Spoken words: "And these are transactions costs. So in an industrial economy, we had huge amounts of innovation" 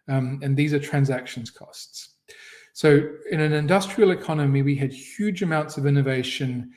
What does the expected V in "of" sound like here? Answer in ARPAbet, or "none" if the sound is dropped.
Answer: V